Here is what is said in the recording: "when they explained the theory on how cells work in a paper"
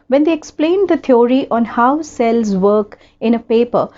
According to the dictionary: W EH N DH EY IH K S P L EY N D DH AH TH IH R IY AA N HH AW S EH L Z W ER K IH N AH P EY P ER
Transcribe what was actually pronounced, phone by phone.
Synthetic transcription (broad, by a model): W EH N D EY IH K S P L EY N D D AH T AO R IY AA N HH AW S EH L Z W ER K IH N AH P EY P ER